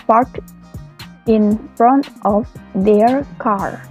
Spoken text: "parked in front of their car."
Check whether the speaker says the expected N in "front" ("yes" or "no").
yes